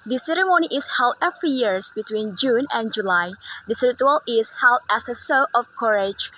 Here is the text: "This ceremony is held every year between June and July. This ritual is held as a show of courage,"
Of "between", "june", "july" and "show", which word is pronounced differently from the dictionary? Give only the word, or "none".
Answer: show